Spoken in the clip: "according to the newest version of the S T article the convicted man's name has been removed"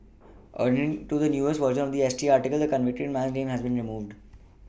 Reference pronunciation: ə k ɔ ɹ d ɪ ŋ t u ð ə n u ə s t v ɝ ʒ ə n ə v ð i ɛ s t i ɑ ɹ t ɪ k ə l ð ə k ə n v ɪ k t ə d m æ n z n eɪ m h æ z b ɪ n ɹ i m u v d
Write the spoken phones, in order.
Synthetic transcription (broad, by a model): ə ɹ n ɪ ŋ t u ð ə n u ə s v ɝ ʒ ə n ə v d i ɛ s t i ɑ ɹ t ɪ k ə l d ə k ə n v ɪ k t ə d m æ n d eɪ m h æ z b ɪ n ɹ i m u v d